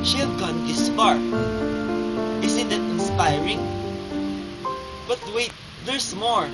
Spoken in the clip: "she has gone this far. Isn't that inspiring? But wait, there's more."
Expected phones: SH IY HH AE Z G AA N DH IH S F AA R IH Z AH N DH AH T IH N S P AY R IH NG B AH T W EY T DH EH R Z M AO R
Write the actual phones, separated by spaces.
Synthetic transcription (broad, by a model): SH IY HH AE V G AA N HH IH S P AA R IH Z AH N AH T IH N S P AY R IH NG B AH T W EY T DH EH R S M AO R